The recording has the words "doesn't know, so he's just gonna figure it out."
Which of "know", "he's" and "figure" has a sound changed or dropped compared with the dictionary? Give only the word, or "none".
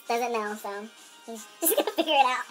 he's